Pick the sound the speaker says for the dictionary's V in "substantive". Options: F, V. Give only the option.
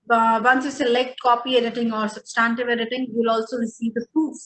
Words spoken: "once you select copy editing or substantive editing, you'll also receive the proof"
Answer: V